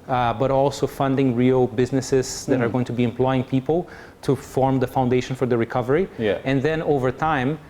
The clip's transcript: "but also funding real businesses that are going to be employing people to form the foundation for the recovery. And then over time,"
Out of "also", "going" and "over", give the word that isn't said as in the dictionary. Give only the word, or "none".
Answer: none